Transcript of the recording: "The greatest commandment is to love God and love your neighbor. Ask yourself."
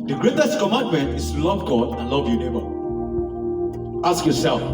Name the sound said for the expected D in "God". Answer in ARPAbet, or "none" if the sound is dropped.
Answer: D